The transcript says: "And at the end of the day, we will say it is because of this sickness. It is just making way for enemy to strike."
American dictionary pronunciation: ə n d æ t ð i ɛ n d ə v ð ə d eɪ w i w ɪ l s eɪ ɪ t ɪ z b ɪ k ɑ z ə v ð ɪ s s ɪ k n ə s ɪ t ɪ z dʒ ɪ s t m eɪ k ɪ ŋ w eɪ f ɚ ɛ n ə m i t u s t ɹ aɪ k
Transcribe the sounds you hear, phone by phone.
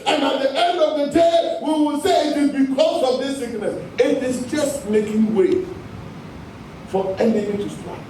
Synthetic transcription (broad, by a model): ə n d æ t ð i ɛ n d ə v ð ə d eɪ w i w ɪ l s eɪ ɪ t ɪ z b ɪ k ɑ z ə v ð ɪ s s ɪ k n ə s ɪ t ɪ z dʒ ɪ s t m eɪ k ɪ ŋ w eɪ f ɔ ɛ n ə i t u s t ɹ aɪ